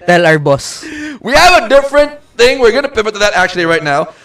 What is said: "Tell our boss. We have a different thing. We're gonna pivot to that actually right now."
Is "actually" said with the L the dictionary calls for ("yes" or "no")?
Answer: yes